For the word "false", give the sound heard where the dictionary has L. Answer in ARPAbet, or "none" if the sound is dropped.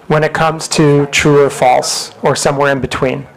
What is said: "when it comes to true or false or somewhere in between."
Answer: L